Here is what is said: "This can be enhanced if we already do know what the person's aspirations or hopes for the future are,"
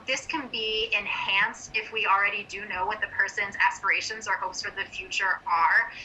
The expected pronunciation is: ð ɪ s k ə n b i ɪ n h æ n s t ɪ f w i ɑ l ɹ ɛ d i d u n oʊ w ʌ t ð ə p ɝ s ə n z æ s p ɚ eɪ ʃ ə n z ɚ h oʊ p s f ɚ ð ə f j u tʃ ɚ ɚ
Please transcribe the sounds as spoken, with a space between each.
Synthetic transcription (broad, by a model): ð ɪ s k ə n b i ɪ n h æ n s t ɪ f w i l ɹ ɛ d i d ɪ n oʊ w ʌ t ð ə p ɝ s ə n z æ s p ɚ eɪ ʃ ə n z ɚ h oʊ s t f ɚ ð ə f j u tʃ ɚ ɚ